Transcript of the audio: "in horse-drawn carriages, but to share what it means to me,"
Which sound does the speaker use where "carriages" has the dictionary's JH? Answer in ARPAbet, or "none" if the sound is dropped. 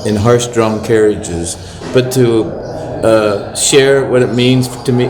JH